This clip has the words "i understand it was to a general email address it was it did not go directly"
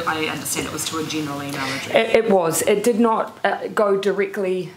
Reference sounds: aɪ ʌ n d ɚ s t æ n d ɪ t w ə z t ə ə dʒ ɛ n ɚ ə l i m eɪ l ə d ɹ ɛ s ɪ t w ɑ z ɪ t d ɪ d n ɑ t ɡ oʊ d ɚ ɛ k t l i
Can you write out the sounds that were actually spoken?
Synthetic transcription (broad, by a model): aɪ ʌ n d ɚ s t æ n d ɪ t w ə z t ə ə dʒ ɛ n ɚ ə l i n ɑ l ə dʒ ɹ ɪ ɪ t w ɑ z ɪ t d ɪ d n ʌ t ɡ oʊ d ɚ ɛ k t l i